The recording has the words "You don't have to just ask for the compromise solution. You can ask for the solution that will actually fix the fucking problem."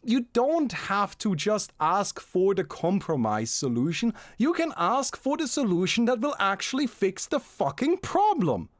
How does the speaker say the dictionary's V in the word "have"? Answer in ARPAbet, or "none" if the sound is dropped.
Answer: F